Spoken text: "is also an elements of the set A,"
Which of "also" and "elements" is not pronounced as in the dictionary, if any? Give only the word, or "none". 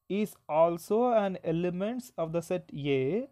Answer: none